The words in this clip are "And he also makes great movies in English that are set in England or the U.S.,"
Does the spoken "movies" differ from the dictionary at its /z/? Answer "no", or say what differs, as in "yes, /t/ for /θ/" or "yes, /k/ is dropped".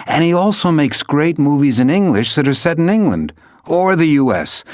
no